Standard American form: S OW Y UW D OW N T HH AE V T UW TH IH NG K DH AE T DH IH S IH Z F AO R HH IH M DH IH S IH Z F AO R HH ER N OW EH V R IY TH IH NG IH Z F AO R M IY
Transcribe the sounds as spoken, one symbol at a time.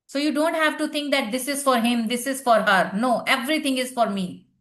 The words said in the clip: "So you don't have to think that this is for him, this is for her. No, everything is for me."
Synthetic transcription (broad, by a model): S OW Y UW D OW N T HH AE V T UW T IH NG K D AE T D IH S IH Z F AO R HH IH M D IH S IH Z F AO R HH ER N OW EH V R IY T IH NG IH Z F AO R M IY